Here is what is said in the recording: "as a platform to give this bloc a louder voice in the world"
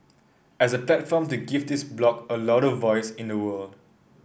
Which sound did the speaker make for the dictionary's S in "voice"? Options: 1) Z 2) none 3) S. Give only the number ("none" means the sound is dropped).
3